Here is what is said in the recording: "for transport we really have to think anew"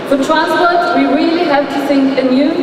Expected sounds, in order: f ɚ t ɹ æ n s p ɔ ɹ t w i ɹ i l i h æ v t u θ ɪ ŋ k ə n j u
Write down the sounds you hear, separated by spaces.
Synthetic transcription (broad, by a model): f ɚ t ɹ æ s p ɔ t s w i ɹ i l i h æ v t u θ ɪ ŋ k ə n j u